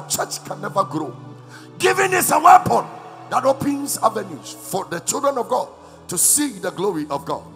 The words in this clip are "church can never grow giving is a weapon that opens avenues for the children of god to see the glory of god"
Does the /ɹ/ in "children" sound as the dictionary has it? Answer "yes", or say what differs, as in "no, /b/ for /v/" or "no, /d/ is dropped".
yes